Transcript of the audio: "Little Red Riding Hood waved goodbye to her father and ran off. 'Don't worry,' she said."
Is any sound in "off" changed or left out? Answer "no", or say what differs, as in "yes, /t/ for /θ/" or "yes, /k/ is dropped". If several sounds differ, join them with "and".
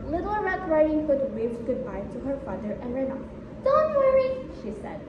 yes, /p/ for /f/